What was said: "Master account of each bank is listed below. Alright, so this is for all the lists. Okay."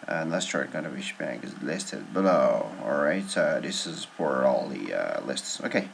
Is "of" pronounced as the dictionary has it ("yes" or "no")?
no